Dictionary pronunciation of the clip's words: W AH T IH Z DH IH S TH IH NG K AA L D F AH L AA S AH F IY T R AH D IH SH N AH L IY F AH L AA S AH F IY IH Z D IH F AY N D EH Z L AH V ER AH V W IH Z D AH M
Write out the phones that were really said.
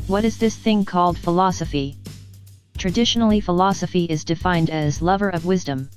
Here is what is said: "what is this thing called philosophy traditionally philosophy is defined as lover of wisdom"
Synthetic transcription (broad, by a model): W AH T IH Z DH IH S TH IH NG K AA L D F AH L AA S AH F IY T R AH D IH SH N L IY F AH L AA S AH F IY IH Z D IH F AY N D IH Z L AH V ER AH V W IH Z D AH M